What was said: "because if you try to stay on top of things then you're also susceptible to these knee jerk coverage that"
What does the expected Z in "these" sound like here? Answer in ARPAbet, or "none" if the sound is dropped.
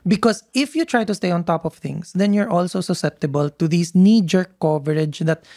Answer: S